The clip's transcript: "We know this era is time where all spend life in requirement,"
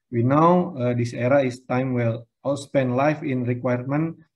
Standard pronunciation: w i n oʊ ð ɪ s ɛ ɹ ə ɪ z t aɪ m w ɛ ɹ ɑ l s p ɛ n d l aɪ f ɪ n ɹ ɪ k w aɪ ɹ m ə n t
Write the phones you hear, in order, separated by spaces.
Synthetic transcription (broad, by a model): w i n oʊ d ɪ s ɛ ɹ ə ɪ s t aɪ m w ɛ l ɑ l s p ɛ n d l aɪ f ɪ n ɹ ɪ k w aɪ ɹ m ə n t